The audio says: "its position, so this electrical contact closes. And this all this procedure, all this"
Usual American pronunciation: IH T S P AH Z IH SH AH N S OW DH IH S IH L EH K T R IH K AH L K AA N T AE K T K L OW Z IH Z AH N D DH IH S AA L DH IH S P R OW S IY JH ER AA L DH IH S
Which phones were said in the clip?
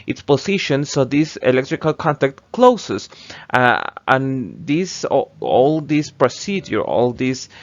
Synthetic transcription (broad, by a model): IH T S P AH S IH SH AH N S OW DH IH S IH L EH K T R IH K AH L K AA N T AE K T K L OW S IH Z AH N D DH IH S AA L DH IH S P R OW S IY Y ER AA L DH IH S